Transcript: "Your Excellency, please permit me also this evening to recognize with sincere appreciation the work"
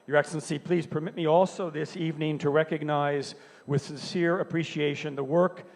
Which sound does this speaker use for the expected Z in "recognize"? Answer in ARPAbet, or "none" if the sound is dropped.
Z